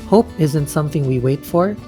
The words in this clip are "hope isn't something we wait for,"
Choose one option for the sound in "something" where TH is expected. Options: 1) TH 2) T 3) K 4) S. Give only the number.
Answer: 1